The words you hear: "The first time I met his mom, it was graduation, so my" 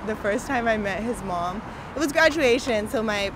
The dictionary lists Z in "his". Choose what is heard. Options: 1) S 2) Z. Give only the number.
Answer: 2